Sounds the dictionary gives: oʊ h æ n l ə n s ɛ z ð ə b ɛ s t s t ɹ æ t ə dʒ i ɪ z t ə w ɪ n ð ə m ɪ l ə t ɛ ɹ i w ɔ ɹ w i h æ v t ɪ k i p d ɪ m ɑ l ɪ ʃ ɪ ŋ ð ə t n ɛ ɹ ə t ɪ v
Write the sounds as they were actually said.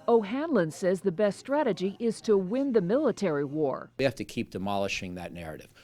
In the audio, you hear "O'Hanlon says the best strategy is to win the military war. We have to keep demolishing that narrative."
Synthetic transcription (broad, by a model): oʊ h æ n l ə n s ɛ z ð ə b ɛ s t s t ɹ æ t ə dʒ i ɪ z t ə w ɪ n ð ə m ɪ l ə t ɛ ɹ i w ɔ ɹ w i h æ f t ɪ k i p d ɪ m ɑ l ɪ ʃ ɪ ŋ ð ə t n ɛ ɹ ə t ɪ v